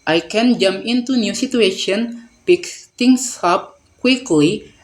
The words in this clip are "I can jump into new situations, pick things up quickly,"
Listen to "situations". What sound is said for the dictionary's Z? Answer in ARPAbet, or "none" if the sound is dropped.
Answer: none